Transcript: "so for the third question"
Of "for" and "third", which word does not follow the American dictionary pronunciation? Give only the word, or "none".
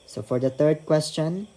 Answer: third